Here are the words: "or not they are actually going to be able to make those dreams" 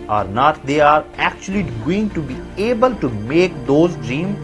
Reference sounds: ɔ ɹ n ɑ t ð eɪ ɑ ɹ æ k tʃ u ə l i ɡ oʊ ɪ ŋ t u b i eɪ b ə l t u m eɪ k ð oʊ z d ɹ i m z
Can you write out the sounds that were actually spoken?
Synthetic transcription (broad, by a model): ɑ ɹ n ɑ t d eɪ ɑ ɹ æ k tʃ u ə l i ɡ oʊ ɪ ŋ t u b i eɪ b ə l t u m eɪ k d oʊ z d ɹ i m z